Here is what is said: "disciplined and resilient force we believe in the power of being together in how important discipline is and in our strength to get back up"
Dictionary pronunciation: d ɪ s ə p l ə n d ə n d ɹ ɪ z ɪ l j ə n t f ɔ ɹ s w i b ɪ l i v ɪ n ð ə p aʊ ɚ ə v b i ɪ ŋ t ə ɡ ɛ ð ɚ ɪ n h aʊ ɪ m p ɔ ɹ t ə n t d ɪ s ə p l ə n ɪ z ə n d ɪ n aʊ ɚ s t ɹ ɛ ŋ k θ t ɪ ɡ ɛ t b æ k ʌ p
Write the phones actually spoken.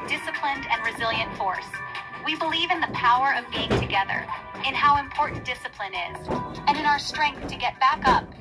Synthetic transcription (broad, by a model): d ɪ s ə p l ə n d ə n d ɹ ɪ z ɪ l j ə n t f ɔ ɹ s w i b ɪ l i v ɪ n ð ə p aʊ ɚ ə v b i ɪ ŋ t ə ɡ ɛ ð ɚ ɪ n h aʊ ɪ m p ɔ ɹ t n d ɪ s ə p l ə n ɪ z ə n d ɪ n aʊ ɚ s t ɹ ɛ ŋ k θ t ɪ ɡ ɛ t b æ k ʌ p